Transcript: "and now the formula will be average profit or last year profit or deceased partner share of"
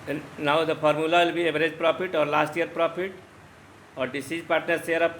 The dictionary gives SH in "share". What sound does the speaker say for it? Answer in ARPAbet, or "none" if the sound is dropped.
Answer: S